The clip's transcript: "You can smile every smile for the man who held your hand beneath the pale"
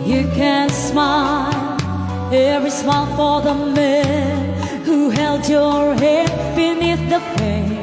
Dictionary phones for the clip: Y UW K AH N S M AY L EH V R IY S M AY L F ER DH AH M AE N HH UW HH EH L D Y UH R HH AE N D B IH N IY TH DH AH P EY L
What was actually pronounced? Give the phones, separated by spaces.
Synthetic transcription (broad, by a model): Y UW K AH N S M AY L EH V R IY S M AY L F ER DH AH M AE N HH UW HH EH L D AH R HH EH D B IH N IY TH DH AH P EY